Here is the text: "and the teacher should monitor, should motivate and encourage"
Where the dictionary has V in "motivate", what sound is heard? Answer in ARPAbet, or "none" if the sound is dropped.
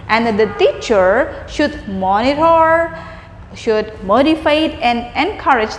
F